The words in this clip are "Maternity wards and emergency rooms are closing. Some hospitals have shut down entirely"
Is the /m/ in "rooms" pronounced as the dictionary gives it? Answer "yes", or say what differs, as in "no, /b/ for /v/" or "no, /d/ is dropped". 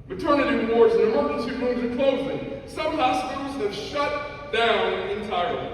no, /m/ is dropped